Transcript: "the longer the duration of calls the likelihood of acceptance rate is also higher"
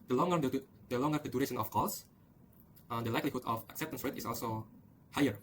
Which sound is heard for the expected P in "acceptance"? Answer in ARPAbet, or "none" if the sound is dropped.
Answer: P